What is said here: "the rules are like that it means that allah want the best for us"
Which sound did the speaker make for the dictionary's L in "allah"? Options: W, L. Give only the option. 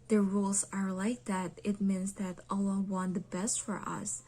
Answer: L